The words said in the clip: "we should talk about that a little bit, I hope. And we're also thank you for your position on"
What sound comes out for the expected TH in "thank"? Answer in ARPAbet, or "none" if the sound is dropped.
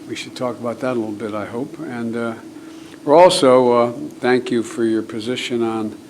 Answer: TH